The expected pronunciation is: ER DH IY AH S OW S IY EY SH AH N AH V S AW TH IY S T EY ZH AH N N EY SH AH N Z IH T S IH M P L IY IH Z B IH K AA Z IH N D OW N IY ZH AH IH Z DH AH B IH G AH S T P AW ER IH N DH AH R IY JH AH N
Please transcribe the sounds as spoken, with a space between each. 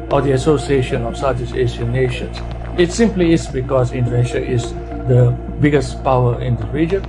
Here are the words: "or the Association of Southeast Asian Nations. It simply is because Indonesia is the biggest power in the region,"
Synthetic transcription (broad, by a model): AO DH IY AH S OW S IY EY SH AH N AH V S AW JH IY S EY S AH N N EY SH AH N S IH T S IH M P L IY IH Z B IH K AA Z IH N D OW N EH SH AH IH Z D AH B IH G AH S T P AW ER IH N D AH R IY JH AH N